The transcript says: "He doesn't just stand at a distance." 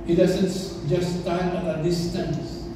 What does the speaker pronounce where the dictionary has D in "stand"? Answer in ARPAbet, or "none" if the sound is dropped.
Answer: none